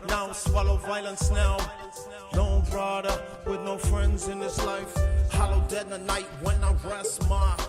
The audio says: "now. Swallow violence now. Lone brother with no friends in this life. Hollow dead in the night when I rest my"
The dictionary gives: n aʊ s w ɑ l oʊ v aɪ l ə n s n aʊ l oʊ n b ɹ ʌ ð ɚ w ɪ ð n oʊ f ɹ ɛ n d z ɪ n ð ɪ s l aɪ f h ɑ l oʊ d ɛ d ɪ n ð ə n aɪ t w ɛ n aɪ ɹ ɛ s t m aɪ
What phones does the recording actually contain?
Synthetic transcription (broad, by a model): n aʊ s w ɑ l oʊ v aɪ l ə n s n aʊ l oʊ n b ɹ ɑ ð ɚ w ɪ ð n oʊ f ɹ ɛ n d z ɪ n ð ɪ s l aɪ f h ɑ l oʊ d ɛ d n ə n aɪ t w ɛ n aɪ ɹ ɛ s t m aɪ